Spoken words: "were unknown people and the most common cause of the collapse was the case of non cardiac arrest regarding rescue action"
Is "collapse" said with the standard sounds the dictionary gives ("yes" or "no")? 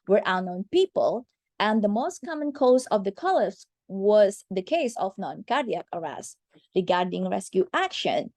no